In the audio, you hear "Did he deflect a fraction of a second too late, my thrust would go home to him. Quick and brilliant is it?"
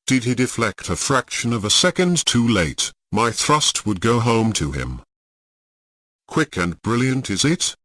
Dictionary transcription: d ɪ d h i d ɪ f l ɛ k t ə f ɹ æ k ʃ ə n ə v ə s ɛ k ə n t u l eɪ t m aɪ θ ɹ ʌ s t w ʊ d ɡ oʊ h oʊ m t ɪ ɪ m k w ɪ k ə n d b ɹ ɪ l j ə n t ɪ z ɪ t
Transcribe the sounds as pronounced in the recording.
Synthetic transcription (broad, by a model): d ɪ d i d ɪ f l ɛ k t ə f ɹ æ k ʃ ə n ə v ə s ɛ k ə n t u l eɪ t m aɪ θ ɹ ʌ s t w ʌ d ɡ oʊ h oʊ m t ɪ ɪ m k w ɪ k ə n b ɹ ɪ l j ə n t ɪ z ɪ t